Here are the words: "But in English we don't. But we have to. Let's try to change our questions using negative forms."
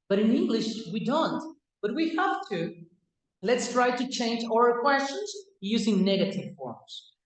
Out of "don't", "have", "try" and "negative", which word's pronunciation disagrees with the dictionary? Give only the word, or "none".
have